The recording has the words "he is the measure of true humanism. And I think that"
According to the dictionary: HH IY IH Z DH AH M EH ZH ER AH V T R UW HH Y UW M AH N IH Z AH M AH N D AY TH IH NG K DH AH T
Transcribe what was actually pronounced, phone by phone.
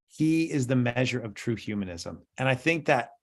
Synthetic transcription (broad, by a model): HH IY IH Z DH AH M EH ZH ER AH V T R UW HH Y UW M AH N IH Z AH M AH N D AY TH IH NG K DH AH T